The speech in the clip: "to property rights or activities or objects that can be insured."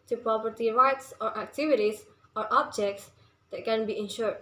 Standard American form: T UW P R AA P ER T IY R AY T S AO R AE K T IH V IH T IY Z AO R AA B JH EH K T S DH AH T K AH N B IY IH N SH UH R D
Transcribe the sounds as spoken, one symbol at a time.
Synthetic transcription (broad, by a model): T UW P R AA P ER T IY R AY T S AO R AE K T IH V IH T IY S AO R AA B JH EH K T S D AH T K AH N B IY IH N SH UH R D